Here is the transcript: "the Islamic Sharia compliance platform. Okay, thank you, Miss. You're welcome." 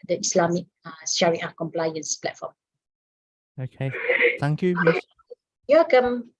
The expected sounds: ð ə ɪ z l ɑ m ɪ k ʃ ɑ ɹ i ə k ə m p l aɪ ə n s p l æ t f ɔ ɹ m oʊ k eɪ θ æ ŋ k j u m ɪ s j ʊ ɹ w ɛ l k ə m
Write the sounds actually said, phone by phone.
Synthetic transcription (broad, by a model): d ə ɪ s l ɑ m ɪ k s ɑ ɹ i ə k ə m p l aɪ ə n s p l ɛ t f ɔ m oʊ k eɪ t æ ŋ k j u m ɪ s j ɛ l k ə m